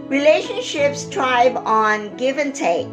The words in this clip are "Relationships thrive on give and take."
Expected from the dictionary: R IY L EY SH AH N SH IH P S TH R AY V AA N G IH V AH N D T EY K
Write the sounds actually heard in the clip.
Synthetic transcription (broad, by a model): R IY L EY SH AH N SH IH P S T R AY B AA N G IH V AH N T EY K